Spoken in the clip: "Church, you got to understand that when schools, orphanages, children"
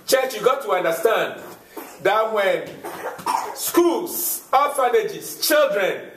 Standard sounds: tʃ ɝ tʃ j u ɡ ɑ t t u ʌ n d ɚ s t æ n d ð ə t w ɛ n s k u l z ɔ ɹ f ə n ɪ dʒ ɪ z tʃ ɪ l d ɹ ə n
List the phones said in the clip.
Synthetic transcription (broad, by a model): tʃ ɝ tʃ j u ɡ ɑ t t u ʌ n d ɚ s t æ n d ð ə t w ɛ n s k u l s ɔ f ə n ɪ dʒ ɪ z tʃ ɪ l d ɹ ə n